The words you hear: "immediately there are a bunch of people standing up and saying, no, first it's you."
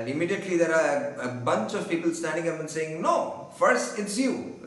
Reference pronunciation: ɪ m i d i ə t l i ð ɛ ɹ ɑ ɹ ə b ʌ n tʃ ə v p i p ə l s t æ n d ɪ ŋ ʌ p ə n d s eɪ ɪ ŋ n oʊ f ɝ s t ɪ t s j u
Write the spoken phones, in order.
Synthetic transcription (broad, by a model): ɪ m i d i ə t l i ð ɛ ɹ ɑ ɹ ə b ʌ n s ə v p i p ə l s t æ n d ɪ ŋ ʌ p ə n s eɪ ɪ ŋ n oʊ f ɝ s t ɪ t s j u